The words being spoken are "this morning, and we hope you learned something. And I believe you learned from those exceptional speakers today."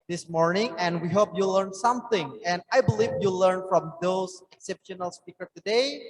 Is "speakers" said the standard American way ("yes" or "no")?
no